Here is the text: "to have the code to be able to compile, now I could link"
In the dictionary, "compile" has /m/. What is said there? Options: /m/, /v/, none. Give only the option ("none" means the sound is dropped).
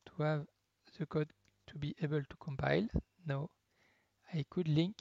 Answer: /m/